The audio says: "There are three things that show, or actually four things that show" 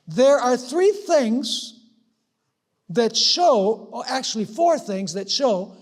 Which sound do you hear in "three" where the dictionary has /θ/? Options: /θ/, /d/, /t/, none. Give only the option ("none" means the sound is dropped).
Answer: /θ/